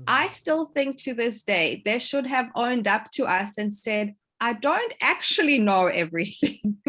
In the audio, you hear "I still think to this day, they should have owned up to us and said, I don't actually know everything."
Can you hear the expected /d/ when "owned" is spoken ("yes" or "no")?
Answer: yes